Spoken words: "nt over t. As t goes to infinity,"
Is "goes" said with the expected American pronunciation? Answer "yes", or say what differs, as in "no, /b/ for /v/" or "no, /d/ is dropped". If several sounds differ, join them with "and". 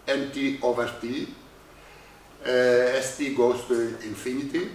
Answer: no, /s/ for /z/